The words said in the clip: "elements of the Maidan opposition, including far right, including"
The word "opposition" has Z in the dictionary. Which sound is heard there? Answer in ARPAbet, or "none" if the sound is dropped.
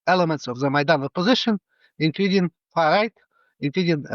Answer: Z